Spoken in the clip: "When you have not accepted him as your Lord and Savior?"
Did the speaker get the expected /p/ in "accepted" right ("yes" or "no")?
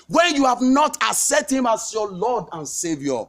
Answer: no